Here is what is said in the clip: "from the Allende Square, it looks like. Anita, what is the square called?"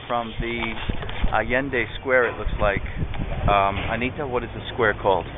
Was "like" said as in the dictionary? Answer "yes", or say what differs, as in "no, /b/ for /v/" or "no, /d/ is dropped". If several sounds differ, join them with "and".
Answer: yes